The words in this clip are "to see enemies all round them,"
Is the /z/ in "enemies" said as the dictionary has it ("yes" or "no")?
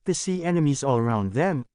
yes